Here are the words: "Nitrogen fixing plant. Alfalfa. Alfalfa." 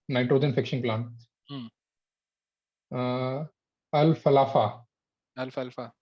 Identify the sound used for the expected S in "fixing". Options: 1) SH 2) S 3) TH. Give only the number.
1